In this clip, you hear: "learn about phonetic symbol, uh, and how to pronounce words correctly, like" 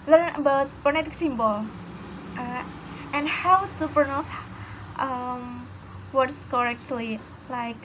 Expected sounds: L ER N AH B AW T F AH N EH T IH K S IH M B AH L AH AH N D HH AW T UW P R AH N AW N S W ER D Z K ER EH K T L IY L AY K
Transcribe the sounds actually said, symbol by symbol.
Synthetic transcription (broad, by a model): L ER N AH B AW T P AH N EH T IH K S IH M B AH L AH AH N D HH AW T UW P R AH N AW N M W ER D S K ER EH K T L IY L AY K